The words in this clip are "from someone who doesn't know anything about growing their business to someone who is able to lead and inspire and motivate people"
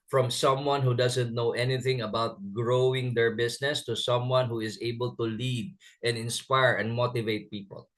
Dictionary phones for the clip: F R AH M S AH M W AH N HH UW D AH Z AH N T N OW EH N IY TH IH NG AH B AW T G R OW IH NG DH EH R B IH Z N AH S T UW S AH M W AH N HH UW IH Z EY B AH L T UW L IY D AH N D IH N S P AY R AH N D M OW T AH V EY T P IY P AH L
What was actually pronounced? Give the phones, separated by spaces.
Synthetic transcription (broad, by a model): F R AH M S AH M W AH N HH UW D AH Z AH N T N OW EH N IY TH IH NG AH B AW T G R OW IH NG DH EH R B IH S N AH S T UW S AH M W AH N HH UW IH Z EY B AH L T UW L IY D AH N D IH N S P AY R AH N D M OW T AH V EY T P IY P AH L